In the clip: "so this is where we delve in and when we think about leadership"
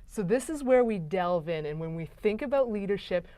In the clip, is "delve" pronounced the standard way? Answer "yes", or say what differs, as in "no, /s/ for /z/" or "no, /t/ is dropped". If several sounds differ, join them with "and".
yes